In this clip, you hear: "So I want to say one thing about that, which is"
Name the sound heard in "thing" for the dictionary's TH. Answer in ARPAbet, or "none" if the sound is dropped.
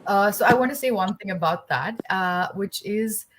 TH